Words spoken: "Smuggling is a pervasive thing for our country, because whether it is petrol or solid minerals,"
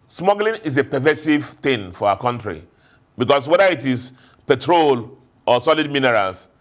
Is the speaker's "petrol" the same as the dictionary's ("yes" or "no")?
yes